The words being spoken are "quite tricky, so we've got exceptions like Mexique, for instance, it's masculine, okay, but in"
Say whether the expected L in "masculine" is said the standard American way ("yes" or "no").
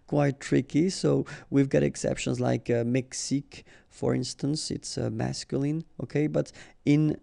yes